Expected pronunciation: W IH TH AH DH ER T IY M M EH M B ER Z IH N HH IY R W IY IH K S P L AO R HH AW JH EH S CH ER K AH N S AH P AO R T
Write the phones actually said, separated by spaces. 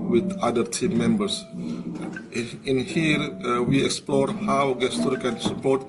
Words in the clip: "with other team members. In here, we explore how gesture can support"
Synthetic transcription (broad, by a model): W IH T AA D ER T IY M M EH M B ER S IH N HH IY R W IY IH K S P L AO R HH AW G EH S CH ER K AH N S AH P AO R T